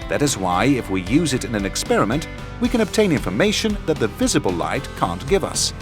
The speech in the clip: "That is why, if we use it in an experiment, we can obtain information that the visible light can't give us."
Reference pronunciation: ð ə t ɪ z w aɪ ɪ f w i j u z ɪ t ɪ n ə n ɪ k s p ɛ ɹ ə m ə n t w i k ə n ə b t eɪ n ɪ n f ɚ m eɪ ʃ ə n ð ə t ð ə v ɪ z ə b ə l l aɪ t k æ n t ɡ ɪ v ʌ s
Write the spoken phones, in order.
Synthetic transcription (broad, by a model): ð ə t ɪ z w aɪ ɪ f w i j u z ɪ t ɪ n ə n ɪ k s p ɛ ɹ ə m ə n t w i k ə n ə b t eɪ n ɪ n f ɚ m eɪ ʃ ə n ð ə t ð ə v ɪ z ə b ə l l aɪ t k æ n ɡ ɪ v ʌ s